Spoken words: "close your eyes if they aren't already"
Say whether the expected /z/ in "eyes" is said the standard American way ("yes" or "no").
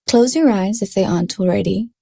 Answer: yes